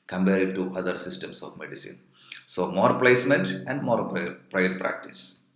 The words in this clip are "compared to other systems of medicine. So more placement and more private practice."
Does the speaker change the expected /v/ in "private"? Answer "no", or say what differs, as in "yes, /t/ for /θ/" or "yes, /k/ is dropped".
yes, /v/ is dropped